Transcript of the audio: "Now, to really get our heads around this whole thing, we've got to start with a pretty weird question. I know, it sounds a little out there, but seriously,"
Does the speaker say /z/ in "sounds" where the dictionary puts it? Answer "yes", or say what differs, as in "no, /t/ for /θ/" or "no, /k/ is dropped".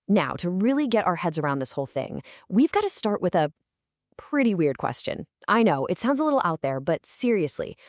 yes